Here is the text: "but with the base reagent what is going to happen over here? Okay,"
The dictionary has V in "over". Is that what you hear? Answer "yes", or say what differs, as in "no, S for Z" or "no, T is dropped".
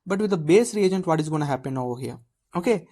no, V is dropped